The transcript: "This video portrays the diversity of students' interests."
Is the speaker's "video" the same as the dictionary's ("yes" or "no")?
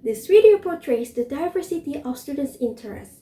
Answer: no